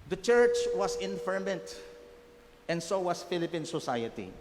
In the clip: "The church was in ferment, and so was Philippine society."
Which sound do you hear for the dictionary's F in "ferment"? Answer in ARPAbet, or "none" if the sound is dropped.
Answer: F